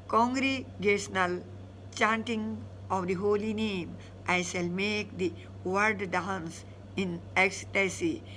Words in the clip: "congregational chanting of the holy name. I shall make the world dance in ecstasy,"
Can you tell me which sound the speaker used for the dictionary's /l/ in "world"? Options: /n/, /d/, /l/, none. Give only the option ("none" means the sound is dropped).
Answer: none